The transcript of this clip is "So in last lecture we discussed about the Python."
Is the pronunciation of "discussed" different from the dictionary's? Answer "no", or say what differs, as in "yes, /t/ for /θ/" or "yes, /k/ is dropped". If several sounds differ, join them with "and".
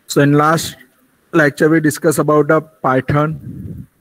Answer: yes, /t/ is dropped